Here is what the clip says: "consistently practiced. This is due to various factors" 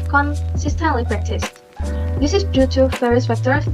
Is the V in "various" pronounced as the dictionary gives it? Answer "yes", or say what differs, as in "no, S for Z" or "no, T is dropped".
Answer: no, F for V